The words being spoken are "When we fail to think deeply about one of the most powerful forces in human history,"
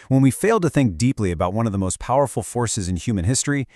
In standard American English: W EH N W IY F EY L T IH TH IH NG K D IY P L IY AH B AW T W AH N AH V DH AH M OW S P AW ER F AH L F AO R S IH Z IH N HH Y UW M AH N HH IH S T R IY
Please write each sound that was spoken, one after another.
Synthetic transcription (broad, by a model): W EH N W IY F EY L T IH TH IH NG K D IY P L IY AH B AW T W AH N AH V DH AH M OW S P AW ER F L F AO R S IH Z IH N HH Y UW M AH N HH IH S T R IY